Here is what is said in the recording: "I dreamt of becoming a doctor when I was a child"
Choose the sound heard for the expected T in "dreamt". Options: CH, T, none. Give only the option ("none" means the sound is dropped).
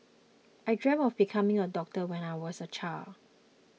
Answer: none